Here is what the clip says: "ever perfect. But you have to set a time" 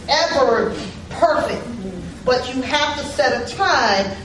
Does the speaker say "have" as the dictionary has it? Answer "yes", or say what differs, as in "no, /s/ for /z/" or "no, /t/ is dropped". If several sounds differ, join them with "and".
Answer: no, /f/ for /v/